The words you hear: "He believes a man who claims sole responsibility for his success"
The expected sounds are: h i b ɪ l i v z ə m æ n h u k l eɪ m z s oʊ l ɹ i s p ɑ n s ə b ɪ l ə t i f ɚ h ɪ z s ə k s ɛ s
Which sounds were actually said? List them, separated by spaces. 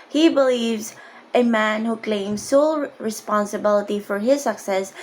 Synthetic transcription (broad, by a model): h i b ɪ l i v z ə m æ n h u k l eɪ m z s oʊ l ɹ i s p ɑ n s ə b ɪ l ə t i f ɚ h ɪ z s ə k s ɛ s